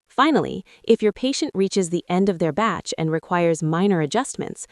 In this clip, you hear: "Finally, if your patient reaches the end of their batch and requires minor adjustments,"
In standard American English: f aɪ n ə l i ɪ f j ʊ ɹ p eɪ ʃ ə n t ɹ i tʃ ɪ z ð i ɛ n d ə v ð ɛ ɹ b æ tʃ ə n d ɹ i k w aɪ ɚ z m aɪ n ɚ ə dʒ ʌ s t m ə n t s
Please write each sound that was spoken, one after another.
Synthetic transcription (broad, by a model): f aɪ n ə l i ɪ f j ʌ ɹ p eɪ ʃ ə n t ɹ i tʃ ɪ z ð i ɛ n d ə v ð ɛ ɹ b æ tʃ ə n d ɹ i k w aɪ ɚ z m aɪ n ɚ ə dʒ ʌ s t m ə n t s